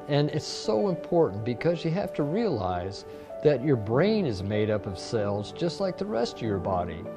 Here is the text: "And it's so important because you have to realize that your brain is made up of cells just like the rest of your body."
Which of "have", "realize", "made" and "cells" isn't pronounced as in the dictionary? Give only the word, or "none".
have